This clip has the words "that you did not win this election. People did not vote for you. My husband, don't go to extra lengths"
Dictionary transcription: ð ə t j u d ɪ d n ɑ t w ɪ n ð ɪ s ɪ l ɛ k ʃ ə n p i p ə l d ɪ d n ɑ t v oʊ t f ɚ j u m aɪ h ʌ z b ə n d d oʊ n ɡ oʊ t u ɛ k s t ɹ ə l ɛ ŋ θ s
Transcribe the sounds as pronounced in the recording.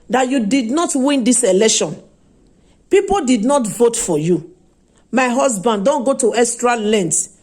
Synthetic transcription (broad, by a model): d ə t j u d ɪ d n ɑ t w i n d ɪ s ɪ l ɛ k ʃ ə n p i p ə l d ɪ d n ɑ t v oʊ t f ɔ j u m aɪ h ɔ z b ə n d d oʊ n ɡ oʊ t u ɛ s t ɹ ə l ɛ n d